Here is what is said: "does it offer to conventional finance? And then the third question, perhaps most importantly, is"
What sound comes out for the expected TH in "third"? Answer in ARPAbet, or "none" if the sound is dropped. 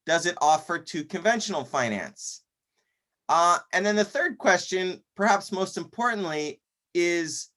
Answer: TH